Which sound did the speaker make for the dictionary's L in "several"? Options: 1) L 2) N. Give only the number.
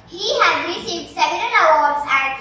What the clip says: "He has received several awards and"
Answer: 2